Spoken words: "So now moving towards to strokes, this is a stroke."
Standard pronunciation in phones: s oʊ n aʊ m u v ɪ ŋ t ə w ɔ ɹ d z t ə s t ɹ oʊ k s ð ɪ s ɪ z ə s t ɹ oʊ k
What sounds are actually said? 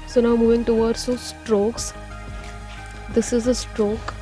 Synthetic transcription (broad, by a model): s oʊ n aʊ m u v ɪ ŋ t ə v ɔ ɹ d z s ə s t ɹ oʊ k s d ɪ s ɪ z ə s t ɹ oʊ k